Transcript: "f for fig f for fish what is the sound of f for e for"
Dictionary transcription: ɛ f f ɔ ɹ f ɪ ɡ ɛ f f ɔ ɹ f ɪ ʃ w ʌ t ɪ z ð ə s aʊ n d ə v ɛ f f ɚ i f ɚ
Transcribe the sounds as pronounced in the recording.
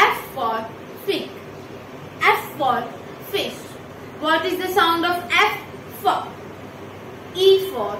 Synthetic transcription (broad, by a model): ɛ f f ɔ ɹ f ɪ ɛ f f ɔ ɹ f ɪ ʃ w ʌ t ɪ z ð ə s aʊ n d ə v ɛ f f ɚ i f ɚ